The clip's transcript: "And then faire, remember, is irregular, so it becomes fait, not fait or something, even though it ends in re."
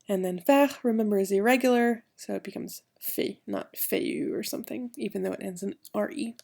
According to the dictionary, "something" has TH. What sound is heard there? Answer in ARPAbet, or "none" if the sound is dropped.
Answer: TH